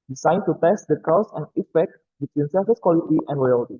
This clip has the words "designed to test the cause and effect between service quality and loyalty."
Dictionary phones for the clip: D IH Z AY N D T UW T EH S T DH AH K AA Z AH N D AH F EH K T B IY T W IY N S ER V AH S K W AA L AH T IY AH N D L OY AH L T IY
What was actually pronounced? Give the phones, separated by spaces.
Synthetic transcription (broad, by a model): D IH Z AY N T UW T EH S T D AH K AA S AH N AH F EH K T B IY T W IY N S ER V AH S K W AA L AH T IY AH N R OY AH L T IY